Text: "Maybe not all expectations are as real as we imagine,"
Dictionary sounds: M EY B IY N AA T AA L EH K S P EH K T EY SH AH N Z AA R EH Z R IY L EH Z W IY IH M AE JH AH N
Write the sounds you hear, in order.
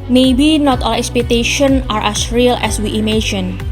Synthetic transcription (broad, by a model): M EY B IY N AA T AA L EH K S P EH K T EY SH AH N AA R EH S R IY L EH S W IY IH M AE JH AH N